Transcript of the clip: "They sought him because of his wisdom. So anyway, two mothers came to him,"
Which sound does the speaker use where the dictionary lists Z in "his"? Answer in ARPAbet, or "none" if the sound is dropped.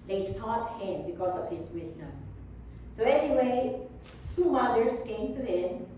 S